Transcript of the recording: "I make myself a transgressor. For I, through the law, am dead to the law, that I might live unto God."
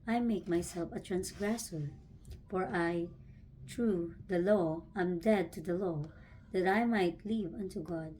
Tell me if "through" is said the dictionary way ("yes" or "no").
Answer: no